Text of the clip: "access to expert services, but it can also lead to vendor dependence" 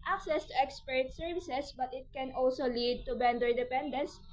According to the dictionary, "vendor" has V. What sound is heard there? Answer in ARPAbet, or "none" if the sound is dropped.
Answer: B